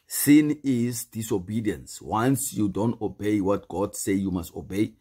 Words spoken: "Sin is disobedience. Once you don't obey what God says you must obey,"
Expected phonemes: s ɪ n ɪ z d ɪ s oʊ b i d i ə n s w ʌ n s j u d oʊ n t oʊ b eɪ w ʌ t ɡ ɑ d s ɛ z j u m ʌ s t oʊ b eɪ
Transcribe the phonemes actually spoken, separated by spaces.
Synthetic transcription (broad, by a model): s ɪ n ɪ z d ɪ s oʊ b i d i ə n s w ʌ n s j u d oʊ n t oʊ b eɪ w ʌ t ɡ ɑ d s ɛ j u m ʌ s t oʊ b eɪ